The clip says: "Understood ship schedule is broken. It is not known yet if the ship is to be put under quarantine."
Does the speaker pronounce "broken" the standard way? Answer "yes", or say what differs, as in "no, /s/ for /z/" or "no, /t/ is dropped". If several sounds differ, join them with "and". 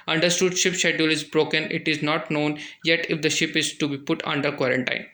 yes